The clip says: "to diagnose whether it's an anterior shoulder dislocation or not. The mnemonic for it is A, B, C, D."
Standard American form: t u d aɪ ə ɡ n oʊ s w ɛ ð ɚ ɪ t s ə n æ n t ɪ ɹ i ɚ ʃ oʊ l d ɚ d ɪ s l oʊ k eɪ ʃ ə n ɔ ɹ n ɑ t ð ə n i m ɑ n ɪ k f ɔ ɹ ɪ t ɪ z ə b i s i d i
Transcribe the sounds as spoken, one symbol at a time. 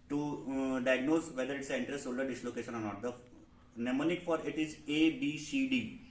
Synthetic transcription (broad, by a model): t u d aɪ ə ɡ n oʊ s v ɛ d ɚ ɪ t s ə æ n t ɹ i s s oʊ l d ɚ d ɪ s l oʊ k eɪ ʃ ə n ɔ ɹ n ɑ t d ə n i m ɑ n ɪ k f ɔ ɹ ɪ t ɪ z ə b i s i d i